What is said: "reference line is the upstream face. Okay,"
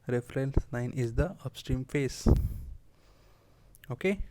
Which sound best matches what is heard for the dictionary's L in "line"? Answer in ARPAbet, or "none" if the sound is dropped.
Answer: N